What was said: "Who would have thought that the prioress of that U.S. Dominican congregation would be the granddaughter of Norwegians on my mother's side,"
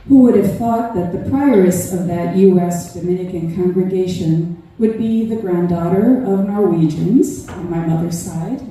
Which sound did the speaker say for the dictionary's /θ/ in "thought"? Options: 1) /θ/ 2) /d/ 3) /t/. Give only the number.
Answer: 1